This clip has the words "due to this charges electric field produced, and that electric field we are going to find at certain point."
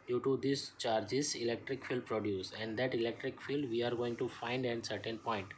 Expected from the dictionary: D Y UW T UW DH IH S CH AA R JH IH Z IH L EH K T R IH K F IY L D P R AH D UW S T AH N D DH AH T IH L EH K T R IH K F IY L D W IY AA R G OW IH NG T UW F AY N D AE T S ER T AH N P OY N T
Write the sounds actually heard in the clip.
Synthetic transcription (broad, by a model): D Y UW T UW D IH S CH AA R JH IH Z IH L EH K T R IH K F IY L D P R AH D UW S AH N D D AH T IH L EH K T R IH K F IY L D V IY AA R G OW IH NG T UW F AY N D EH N S ER T AH N P OY N T